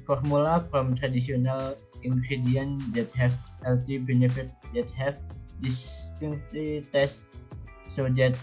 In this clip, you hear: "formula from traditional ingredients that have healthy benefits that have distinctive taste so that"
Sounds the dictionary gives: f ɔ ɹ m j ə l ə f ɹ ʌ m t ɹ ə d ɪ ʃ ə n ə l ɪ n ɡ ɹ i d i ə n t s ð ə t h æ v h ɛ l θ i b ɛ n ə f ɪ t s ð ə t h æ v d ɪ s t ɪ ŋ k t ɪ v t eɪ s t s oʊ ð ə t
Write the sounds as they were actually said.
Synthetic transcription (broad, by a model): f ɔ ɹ m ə l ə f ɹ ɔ m t ɹ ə d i s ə n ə l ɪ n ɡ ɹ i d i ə n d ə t h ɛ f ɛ l t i b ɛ n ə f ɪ t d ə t h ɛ f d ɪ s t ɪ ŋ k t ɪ t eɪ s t s oʊ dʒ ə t